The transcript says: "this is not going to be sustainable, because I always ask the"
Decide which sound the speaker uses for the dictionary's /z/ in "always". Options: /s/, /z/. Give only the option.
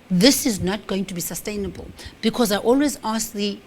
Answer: /z/